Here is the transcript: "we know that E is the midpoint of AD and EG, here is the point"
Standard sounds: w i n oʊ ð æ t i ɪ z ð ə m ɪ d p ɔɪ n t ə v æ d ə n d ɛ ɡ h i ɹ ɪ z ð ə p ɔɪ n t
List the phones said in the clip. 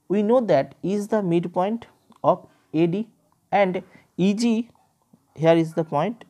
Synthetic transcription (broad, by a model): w i n oʊ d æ t i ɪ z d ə m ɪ d p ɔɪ n t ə p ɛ d ə n d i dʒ h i ɹ ɪ z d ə p ɔɪ n t